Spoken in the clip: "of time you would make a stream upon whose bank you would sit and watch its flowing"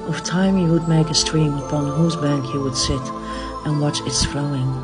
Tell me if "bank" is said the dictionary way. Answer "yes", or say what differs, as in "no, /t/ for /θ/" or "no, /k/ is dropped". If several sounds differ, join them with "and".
yes